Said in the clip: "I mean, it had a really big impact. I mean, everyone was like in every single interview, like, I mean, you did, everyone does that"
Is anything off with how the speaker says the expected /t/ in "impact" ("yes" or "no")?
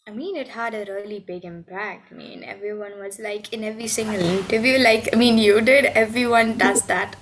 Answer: yes